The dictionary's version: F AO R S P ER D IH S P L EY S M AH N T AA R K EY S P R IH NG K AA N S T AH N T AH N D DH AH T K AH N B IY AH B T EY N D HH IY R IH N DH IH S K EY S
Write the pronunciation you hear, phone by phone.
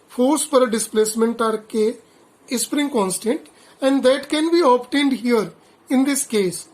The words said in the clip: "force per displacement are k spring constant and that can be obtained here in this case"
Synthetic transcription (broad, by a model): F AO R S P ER D IH S P L EY S M AH N T AA R K EY S P R IH NG K AA N S T AH N T AH N D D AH T K AH N B IY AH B T EY N D HH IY R IH N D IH S K EY S